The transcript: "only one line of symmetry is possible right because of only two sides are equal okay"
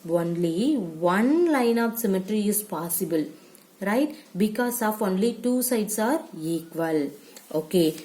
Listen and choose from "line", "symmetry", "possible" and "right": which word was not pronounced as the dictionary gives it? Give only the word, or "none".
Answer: none